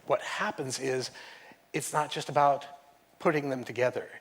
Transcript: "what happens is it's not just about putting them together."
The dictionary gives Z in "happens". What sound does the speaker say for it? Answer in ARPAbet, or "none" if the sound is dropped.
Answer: Z